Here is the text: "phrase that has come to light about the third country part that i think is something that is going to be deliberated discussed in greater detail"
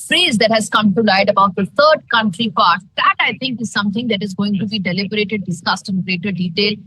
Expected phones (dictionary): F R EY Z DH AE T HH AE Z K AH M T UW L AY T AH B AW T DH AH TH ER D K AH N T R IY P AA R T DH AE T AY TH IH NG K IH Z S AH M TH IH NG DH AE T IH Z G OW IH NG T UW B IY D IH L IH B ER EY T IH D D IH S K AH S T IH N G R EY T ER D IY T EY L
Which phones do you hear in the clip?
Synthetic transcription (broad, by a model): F R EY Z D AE T HH AE Z K AH M T UW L AY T AH B AW T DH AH T ER D K AH N T R IY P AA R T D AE T AY T IH NG K IH Z S AH M T IH NG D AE T IH Z G OW IH NG T UW B IY D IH L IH B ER EY T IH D D IH S K AH S T IH N G R EY T ER D IY T EY L